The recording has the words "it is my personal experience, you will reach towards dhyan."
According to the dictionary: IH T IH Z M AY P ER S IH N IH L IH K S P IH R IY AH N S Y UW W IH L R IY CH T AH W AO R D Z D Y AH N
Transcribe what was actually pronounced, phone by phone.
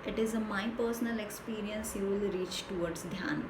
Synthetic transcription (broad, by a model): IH T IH Z M AY P ER S IH N IH L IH K S P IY R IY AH N S Y UW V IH L R IY CH T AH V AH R D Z D Y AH N